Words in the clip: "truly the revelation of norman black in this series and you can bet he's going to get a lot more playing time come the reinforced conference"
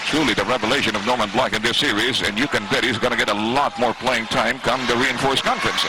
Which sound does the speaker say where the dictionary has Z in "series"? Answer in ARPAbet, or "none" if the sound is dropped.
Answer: Z